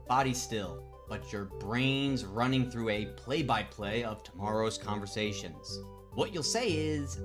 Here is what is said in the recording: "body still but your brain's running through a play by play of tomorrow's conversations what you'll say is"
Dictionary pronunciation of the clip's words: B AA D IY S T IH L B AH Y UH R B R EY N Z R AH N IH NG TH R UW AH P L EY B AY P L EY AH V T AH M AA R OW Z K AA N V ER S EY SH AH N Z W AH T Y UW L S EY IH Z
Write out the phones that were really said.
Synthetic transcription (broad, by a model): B AA D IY S T IH L B AH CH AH R B R EY N Z R AH N IH NG TH R UW AH P L EY B AY P L EY AH V T AH M AA R OW Z K AA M V ER S EY SH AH N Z W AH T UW L S EY IH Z